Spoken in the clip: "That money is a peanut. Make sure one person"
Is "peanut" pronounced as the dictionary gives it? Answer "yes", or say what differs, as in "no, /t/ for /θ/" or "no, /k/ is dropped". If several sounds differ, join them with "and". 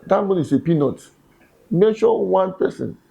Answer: yes